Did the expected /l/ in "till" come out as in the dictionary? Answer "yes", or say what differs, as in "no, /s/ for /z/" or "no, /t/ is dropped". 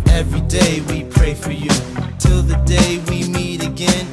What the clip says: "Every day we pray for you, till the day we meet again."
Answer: yes